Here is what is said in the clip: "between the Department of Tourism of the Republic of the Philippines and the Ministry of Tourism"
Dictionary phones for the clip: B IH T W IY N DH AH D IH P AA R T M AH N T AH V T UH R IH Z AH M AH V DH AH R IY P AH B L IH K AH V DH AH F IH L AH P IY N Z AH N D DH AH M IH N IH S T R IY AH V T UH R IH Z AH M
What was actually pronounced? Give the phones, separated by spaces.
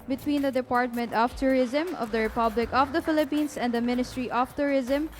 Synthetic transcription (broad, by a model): B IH T W IY N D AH D IH P AA R T M AH N T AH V T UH R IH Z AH M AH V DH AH R IY P AH B L IH K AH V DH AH F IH L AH P IY N S AH N D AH M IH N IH S T R IY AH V T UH R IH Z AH M